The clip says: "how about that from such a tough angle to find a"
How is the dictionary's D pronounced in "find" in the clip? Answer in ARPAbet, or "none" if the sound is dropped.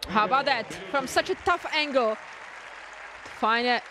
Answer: none